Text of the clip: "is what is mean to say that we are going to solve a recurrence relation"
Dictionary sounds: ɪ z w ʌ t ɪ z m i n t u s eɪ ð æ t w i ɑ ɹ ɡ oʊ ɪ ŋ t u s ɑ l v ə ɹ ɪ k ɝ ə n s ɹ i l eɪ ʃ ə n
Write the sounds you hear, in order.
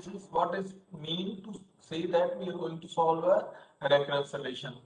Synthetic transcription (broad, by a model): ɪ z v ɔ t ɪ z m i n t u s eɪ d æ t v i ɑ ɹ ɡ oʊ ɪ ŋ t u s ɑ l v ə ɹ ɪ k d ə s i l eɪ ʃ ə n